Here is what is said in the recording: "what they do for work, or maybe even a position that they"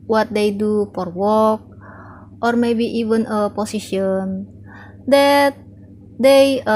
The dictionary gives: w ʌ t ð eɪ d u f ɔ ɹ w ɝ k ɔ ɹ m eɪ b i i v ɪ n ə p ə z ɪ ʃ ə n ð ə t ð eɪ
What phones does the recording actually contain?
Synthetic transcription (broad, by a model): w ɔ t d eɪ d u f ɔ ɹ w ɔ k ɔ ɹ m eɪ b i i v ɪ n ə p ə s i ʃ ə n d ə t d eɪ